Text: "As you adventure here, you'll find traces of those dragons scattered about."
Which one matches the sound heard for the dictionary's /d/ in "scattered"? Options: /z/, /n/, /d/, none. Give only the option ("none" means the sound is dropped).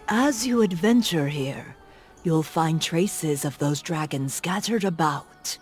/d/